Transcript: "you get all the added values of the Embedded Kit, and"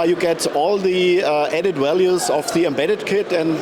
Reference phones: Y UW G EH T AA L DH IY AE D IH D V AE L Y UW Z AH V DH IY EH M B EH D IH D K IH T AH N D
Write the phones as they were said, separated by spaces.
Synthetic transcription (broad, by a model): Y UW G EH T AA L DH IY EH D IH D W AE L Y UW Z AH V DH IY EH M B EH D IH D K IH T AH N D